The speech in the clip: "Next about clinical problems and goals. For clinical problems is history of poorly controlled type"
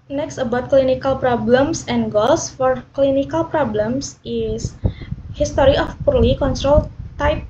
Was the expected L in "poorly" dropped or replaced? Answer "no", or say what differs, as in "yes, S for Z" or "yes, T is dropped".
no